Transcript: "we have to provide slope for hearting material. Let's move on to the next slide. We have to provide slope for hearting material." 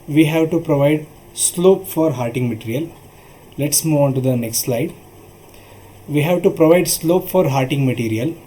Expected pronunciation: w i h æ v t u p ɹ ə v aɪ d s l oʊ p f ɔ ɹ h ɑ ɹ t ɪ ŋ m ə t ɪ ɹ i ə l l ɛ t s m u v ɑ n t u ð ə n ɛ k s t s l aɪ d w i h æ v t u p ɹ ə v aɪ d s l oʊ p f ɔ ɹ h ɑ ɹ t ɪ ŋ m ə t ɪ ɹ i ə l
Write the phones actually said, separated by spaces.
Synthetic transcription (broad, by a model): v i h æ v t u p ɹ ə v aɪ d s l oʊ p f ɔ ɹ h ɑ ɹ t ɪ ŋ m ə t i ɹ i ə l l ɛ t s m u v ɑ n t u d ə n ɛ k s t s l aɪ d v i h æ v t u p ɹ ə v aɪ d s l oʊ p f ɔ ɹ h ɑ ɹ t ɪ ŋ m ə t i ɹ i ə l